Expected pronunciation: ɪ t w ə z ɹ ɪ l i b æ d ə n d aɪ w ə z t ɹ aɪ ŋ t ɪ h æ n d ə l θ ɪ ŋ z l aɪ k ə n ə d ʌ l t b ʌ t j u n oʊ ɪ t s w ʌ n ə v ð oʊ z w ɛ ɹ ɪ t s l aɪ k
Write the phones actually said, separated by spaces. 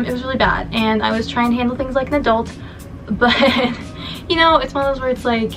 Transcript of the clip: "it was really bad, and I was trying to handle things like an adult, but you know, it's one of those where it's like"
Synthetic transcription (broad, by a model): ɪ t w ə z ɹ ɪ l i b æ d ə n aɪ w ə z t ɹ aɪ ŋ t ɪ h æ n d l θ ɪ ŋ z l aɪ k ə n ə d ʌ l t b ʌ t j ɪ n oʊ ɪ t s w ʌ n ə v ð oʊ z w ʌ ɹ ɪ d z l aɪ k